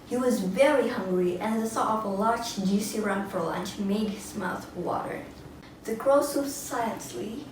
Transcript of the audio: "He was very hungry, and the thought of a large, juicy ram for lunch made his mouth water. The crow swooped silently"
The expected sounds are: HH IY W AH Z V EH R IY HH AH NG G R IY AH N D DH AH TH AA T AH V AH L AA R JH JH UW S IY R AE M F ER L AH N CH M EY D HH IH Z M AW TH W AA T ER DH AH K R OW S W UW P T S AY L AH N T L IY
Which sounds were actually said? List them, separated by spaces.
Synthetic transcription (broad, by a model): HH IY W AH Z V EH R IY HH AH NG G R IY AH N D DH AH S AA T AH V AH L AA R JH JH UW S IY R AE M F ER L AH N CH M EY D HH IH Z M AW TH W AA T ER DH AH K R OW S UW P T S AY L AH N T L IY